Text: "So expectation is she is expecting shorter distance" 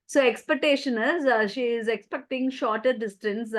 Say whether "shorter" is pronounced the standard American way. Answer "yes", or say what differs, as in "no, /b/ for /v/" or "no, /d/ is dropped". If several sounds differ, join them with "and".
yes